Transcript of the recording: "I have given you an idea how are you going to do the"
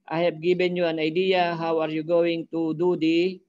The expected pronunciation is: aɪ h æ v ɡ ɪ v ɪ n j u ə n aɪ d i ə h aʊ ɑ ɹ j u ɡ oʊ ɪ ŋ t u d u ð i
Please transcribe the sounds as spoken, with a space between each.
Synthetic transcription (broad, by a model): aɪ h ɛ p ɡ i b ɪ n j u ə n aɪ d i ə h aʊ ɑ ɹ j u ɡ oʊ ɪ ŋ t u d u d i